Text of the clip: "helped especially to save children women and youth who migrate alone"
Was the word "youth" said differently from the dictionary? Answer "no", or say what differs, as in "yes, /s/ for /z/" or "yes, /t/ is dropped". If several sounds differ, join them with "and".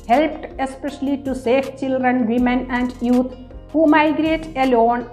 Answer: yes, /t/ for /θ/